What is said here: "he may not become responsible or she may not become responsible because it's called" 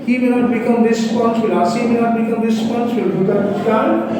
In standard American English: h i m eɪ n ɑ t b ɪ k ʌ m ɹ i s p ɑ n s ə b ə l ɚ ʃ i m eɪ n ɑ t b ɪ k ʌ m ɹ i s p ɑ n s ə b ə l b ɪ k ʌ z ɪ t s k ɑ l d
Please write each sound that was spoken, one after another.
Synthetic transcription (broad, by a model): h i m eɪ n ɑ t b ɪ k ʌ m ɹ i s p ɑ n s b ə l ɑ s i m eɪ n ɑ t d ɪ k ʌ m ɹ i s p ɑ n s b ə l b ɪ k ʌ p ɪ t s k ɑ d